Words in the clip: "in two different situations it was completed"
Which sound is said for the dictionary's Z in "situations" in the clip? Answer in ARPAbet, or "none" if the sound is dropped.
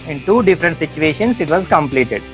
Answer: S